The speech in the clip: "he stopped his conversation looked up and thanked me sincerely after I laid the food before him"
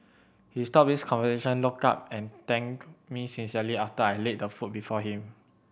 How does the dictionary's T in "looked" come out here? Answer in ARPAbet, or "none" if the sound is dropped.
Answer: none